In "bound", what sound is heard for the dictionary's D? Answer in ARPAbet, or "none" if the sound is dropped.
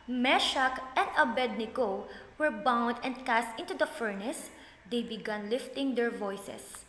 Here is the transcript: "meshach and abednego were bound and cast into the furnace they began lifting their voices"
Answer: D